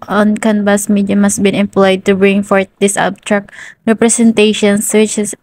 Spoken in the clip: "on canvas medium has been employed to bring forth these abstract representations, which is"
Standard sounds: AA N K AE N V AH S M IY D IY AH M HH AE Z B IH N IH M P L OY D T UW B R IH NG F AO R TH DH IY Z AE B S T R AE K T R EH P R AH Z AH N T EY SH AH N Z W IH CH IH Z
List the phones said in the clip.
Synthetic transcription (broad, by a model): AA N K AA N B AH S M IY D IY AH M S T B IH N IH M P L OY D T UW B R IH NG F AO R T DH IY S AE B T R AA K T R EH P R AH S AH N T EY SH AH N S W IH CH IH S